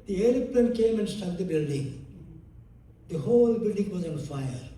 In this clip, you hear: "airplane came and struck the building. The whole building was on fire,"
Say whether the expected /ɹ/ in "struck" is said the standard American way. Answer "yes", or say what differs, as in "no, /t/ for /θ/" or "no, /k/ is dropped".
no, /ɹ/ is dropped